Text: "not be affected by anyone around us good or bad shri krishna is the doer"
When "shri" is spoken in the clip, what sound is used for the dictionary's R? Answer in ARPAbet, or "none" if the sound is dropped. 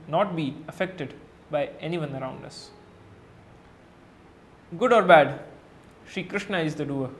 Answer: none